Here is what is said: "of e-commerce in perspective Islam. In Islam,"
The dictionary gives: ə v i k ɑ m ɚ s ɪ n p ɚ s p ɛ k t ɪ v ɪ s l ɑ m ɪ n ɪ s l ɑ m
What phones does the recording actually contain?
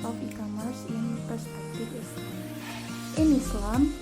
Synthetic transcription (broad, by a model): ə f i k ɑ m ɚ s ɪ n p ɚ s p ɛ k t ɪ f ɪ s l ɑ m ɪ n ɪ s l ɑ m